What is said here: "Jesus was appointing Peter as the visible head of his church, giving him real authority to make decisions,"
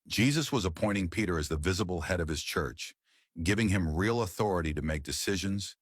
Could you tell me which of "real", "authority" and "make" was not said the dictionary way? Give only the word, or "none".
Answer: none